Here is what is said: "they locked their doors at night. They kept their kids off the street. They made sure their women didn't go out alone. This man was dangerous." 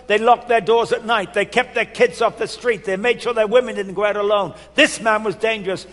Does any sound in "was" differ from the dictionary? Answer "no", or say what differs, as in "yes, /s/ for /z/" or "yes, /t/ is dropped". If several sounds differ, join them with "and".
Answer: no